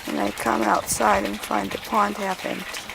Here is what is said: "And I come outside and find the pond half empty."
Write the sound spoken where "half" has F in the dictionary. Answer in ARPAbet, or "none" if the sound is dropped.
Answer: P